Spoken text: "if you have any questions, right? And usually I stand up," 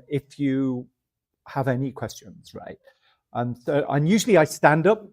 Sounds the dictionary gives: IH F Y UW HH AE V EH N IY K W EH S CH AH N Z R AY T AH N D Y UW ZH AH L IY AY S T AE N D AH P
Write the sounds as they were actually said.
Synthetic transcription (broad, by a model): IH F Y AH HH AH V EH N IY K W EH S CH AH N Z R AY T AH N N Y UW ZH AH L IY AY S T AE N D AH P